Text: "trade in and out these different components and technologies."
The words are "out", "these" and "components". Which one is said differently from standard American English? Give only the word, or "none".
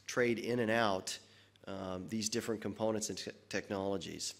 none